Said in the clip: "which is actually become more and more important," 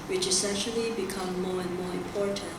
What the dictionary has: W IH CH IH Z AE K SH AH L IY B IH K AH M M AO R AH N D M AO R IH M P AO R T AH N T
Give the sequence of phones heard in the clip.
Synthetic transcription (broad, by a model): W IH CH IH S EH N SH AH L IY B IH K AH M M AO R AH N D M AO R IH M P AO R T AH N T